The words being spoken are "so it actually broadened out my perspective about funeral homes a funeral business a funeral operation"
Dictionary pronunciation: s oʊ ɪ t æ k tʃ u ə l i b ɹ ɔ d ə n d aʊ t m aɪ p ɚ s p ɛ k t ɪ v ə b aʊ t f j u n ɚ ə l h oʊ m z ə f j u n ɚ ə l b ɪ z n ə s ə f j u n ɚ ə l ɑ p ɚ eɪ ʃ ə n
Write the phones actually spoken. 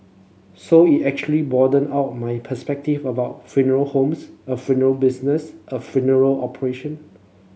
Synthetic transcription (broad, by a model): s oʊ ɪ t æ k tʃ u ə l i b ɔ d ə n aʊ t m aɪ p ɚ s p ɛ k t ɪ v ə b aʊ t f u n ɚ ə l h oʊ m s ə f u n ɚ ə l b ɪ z n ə s ə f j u n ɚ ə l ɑ p ɚ eɪ ʃ ə n